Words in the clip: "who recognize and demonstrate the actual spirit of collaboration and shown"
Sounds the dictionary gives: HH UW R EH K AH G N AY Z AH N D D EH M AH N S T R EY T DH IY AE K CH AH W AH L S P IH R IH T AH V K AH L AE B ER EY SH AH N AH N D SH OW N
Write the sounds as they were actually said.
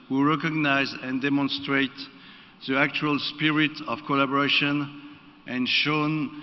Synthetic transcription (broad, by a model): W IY R EH K AH G N AY Z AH N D D EH M AH N S T R EY T DH IY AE K CH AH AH L S P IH R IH T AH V K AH L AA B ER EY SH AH N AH N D SH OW N